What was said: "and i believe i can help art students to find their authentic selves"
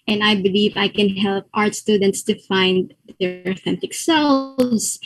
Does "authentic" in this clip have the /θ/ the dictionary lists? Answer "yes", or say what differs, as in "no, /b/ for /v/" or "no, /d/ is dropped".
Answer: yes